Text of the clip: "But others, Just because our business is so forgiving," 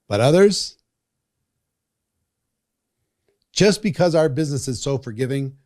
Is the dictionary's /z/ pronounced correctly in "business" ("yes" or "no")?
yes